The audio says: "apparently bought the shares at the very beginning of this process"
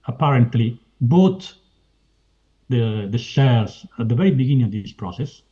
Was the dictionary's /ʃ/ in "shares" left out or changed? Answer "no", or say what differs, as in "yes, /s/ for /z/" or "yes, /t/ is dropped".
yes, /s/ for /ʃ/